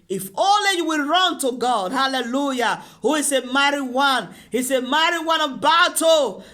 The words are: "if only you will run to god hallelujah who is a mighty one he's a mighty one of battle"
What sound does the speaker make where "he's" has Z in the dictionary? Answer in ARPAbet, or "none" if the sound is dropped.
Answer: S